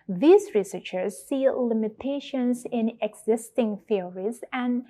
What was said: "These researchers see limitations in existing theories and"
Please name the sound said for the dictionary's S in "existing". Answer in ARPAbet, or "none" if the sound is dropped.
S